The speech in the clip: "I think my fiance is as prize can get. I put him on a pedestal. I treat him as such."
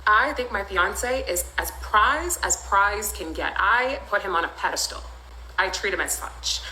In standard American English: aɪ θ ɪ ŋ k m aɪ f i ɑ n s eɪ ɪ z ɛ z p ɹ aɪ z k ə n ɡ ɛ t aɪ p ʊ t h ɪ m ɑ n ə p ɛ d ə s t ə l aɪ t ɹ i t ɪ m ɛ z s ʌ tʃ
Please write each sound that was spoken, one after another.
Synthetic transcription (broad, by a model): aɪ θ ɪ ŋ k m aɪ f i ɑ n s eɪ ɪ z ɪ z p ɹ aɪ z k ə n ɡ ɛ t aɪ p ʊ t h ɪ m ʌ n ə p ɛ d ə s t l aɪ t ɹ i t ɪ m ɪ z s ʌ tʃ